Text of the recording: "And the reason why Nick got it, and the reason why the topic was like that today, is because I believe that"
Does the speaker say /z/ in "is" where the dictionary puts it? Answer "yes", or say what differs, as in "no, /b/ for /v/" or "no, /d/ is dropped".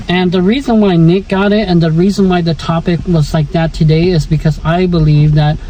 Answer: yes